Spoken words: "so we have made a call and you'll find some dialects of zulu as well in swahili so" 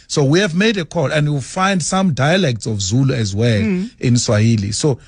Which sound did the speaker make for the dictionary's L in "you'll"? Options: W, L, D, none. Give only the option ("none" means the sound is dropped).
W